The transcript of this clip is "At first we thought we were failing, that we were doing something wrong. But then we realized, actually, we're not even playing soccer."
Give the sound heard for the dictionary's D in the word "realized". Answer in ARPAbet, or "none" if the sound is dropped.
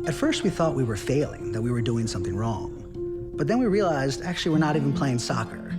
D